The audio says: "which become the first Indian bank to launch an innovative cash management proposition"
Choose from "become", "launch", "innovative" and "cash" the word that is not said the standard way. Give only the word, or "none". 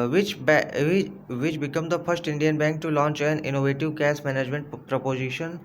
cash